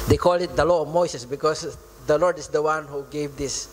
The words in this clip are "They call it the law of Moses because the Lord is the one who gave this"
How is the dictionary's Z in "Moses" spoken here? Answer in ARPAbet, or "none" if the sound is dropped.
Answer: S